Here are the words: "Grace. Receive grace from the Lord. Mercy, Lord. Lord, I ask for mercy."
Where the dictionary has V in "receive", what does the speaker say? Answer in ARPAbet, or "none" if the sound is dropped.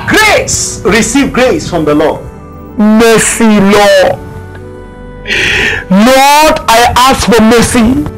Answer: V